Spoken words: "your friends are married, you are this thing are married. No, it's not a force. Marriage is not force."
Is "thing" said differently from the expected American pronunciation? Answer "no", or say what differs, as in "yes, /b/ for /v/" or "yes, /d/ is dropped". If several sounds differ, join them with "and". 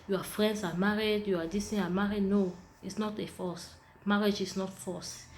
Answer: yes, /t/ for /θ/